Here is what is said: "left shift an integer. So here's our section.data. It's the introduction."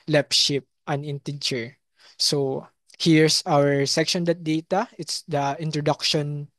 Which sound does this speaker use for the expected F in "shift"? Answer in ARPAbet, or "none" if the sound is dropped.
P